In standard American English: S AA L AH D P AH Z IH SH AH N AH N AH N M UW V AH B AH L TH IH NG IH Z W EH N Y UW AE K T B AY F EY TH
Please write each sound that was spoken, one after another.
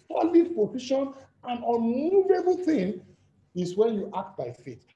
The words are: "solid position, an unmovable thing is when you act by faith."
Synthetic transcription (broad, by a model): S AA L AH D P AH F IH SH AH N AH N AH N UW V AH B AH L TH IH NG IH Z W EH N Y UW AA K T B AY F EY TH